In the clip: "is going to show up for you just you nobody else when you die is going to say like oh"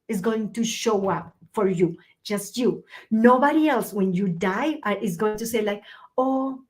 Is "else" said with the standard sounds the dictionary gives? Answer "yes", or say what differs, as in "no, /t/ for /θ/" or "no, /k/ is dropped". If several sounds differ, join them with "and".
yes